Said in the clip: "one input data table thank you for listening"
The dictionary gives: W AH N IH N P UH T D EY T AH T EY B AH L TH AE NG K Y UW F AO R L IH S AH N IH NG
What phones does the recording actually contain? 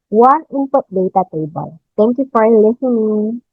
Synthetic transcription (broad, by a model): W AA N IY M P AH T D EY T AH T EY B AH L T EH NG K Y UW F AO R L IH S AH N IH NG